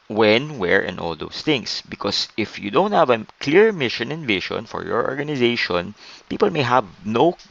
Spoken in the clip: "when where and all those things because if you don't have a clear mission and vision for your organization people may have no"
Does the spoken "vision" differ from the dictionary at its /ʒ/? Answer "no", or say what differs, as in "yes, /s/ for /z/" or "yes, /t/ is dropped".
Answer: yes, /ʃ/ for /ʒ/